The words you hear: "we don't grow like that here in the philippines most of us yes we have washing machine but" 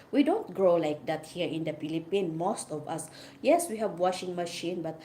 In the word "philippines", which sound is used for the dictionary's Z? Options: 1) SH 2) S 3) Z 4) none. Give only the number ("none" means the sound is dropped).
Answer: 4